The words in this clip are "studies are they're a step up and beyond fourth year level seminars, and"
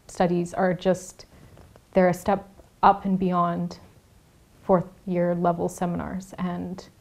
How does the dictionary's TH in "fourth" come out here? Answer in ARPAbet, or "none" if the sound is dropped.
TH